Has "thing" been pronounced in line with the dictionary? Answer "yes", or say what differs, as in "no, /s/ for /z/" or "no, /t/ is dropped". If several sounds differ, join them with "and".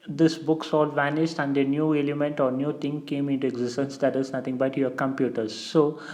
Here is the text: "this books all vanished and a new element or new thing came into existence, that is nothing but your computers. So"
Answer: no, /t/ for /θ/